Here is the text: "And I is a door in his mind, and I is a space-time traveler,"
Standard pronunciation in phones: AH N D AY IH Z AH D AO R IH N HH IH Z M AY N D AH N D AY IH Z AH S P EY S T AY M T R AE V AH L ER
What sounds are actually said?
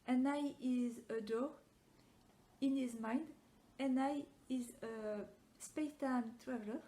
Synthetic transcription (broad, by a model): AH N AY IH Z AH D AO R IH N HH IH Z M AY N D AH N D AY IH Z AH S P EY T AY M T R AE V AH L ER